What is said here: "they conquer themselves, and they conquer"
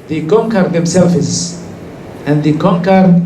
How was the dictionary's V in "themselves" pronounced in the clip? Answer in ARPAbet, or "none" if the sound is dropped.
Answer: F